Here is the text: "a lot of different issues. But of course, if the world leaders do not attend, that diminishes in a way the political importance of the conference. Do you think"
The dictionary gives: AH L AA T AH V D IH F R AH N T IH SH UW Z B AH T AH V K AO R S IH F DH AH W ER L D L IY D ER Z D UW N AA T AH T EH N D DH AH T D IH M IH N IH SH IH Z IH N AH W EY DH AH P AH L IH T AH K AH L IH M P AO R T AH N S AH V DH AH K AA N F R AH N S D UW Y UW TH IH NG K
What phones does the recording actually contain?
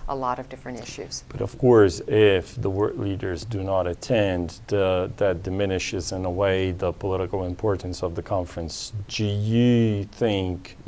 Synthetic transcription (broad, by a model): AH L AA T AH V D IH F R AH N T IH SH UW Z B AH T AH V K AO R S IH F DH AH W ER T L IY D ER Z D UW N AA T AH T EH N DH AH T D IH M IH N IH SH IH Z IH N AH W EY DH AH P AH L IH T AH K L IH M P AO R T N S AH V DH AH K AA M F R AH N S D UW Y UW TH IH NG K